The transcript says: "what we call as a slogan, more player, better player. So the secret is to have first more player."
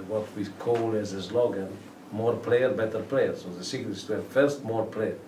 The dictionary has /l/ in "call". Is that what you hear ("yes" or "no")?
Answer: yes